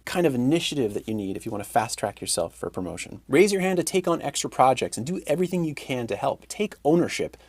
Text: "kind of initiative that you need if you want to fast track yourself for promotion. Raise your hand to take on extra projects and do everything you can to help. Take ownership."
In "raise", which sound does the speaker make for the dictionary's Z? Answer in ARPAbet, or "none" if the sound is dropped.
Z